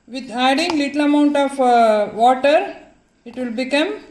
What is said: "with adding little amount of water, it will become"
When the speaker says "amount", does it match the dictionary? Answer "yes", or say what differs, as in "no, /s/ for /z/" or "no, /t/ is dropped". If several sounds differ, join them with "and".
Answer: yes